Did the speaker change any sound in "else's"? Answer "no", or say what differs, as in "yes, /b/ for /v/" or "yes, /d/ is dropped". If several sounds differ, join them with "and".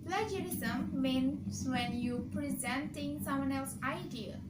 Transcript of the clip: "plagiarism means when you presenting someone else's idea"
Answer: yes, /z/ is dropped